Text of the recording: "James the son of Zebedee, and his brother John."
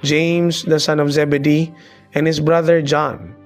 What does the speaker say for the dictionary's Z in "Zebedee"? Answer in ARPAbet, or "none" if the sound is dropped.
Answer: Z